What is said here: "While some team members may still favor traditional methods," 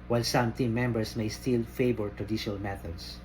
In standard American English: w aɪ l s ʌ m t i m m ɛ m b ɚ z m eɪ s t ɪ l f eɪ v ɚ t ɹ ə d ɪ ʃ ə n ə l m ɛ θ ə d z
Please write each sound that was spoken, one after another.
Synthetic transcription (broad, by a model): w aɪ l s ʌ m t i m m ɛ m b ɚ s m eɪ s t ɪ l f eɪ b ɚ t ɹ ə d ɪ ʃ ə n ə l m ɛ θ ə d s